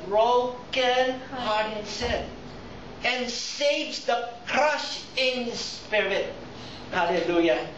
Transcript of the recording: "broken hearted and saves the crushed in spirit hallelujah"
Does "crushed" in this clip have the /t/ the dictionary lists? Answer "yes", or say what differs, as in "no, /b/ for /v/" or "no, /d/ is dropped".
no, /t/ is dropped